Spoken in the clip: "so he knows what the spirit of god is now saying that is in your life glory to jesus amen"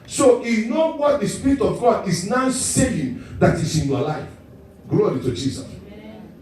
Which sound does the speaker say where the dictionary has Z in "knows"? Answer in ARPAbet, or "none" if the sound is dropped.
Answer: none